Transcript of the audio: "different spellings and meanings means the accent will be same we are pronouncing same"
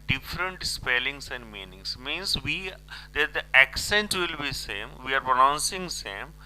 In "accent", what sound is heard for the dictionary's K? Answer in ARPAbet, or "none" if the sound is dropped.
K